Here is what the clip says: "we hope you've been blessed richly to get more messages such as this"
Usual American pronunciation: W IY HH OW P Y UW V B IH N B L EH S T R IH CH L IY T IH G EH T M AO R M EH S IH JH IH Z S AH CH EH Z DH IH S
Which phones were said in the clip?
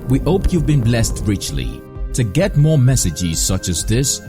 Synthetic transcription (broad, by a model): W IY HH OW P Y UW V B IH N B L EH S T R IH CH L IY T IH G EH T M AO R M EH S IH JH IH Z S AH CH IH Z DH IH S